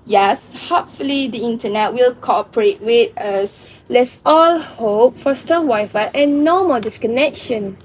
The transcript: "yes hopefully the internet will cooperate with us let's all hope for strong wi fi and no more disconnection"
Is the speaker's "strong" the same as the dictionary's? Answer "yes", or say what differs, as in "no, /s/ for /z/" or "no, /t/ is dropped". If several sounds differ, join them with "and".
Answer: no, /ɹ/ is dropped